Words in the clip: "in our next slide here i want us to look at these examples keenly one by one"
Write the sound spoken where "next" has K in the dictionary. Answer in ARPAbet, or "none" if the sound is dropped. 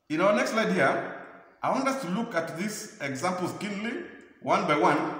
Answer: K